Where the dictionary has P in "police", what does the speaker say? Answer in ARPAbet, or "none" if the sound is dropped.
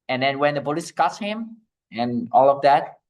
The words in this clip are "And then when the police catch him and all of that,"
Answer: B